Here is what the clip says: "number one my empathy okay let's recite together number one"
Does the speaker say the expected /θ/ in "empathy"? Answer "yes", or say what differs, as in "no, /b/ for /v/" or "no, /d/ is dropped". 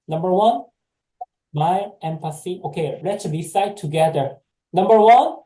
no, /s/ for /θ/